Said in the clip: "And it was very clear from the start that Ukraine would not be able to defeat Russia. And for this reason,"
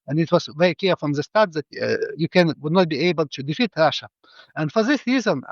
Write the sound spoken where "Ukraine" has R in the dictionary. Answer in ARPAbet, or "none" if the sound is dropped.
none